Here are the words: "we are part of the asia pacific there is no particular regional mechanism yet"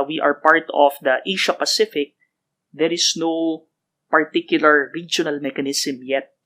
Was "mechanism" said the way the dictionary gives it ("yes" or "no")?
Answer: no